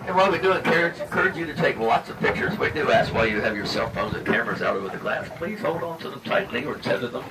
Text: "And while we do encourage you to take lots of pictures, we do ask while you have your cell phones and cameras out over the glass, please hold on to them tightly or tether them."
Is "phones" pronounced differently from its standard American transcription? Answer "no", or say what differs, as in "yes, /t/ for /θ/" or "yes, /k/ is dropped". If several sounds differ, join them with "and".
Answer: no